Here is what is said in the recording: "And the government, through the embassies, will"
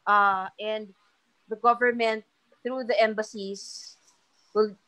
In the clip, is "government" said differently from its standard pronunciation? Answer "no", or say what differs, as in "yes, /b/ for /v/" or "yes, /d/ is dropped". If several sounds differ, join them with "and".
no